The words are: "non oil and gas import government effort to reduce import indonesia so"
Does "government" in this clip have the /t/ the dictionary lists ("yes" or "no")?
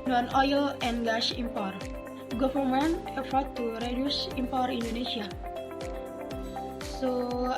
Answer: no